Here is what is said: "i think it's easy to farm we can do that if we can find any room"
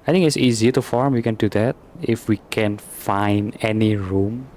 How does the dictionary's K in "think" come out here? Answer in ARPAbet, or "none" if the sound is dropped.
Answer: none